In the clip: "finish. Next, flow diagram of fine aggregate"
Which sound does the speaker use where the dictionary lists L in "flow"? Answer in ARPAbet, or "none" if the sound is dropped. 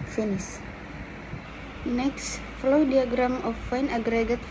L